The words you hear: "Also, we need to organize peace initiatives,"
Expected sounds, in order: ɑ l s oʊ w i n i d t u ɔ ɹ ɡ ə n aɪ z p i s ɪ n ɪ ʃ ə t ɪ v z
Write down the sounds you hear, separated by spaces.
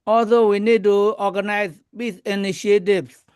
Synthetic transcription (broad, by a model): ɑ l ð oʊ w i n i d t u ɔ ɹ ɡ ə n aɪ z b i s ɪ n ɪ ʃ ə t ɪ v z